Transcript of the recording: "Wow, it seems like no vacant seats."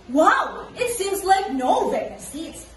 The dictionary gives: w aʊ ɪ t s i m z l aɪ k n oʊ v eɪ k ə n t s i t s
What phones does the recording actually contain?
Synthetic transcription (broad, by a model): w aʊ ɪ t s i m z l aɪ k n oʊ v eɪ ə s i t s